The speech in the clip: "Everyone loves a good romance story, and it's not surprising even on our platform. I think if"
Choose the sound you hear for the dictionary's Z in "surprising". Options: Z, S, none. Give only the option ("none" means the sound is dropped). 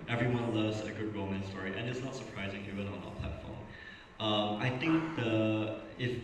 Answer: Z